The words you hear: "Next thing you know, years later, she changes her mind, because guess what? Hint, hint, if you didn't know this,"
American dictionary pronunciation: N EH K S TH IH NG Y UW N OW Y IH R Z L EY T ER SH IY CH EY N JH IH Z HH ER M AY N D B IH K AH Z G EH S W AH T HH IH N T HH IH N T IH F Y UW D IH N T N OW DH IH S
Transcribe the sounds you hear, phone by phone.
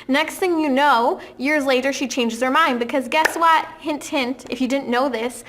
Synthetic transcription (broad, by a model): N EH K S TH IH NG Y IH N OW Y IH R Z L EY T ER SH IY CH EY N JH IH Z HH ER M AY N D B IH K AH Z G EH S W AH T HH IH N T HH IH N T IH F Y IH D IH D N OW DH IH S